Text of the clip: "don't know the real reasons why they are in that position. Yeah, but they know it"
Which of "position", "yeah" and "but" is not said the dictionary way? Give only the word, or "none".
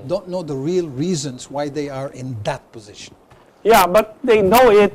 none